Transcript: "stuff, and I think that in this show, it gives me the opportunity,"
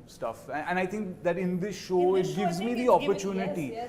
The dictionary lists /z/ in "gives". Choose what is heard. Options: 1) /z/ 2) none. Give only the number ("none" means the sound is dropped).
1